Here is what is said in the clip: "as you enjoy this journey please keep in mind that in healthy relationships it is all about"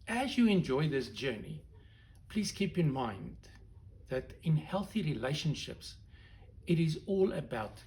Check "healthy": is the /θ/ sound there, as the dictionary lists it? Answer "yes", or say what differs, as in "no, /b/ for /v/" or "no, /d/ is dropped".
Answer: yes